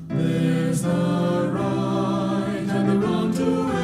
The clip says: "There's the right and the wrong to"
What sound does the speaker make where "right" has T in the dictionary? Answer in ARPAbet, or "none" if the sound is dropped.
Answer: none